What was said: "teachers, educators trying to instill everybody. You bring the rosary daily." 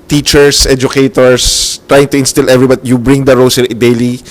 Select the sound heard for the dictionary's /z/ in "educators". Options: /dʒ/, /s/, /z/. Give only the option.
/s/